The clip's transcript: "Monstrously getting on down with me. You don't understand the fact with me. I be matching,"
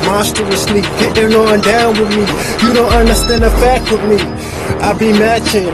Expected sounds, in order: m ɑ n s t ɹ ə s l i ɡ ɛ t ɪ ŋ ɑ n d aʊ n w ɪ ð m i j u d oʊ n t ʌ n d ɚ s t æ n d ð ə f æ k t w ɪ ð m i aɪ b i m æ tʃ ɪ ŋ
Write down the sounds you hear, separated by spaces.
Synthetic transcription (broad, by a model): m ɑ s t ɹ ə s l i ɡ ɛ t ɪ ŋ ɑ n d aʊ n w ɪ ð m i j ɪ d oʊ n t ʌ n d ɚ s t æ n d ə f æ k t w ɪ ð m i aɪ b i m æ tʃ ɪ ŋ